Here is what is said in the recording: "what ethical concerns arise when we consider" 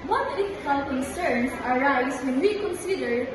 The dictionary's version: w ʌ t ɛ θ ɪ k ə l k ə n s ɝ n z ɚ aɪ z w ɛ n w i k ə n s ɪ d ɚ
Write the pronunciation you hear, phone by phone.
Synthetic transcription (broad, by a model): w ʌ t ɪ f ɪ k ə l k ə n s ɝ n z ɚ aɪ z w ɛ n w i k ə n s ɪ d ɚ